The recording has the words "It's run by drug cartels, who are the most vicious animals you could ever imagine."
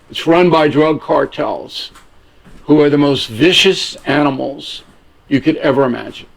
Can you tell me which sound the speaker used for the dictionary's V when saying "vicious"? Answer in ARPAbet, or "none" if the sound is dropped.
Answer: V